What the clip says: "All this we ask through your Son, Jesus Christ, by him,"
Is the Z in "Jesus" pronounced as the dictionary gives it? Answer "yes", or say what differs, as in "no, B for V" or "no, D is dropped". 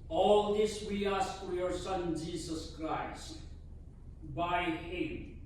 no, S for Z